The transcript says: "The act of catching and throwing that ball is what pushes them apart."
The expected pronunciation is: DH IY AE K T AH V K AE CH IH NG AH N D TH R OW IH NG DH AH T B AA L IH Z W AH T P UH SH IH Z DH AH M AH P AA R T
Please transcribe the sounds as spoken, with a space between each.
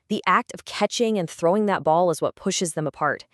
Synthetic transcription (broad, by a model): DH IY AE K T AH V K AE CH IH NG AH N TH R OW IH NG DH AH T B AA L IH Z W AH T P UH SH IH Z DH AH M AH P AA R T